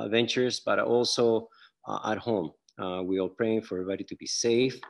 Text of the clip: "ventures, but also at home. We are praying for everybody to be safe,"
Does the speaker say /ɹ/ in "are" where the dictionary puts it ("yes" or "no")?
no